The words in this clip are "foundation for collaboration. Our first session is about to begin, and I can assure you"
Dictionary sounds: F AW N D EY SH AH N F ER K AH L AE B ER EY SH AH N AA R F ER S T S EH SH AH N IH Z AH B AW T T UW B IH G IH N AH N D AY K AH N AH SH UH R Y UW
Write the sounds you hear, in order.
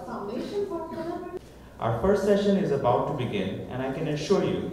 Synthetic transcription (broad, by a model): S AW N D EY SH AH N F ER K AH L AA UH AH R F ER S T S EH SH AH N IH Z AH B AW T T UW B IH G IH N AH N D AY K AH N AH SH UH R Y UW